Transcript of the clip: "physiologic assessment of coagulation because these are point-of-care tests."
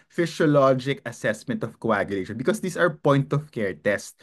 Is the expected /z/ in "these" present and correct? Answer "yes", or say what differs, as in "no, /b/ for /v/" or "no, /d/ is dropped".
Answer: no, /s/ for /z/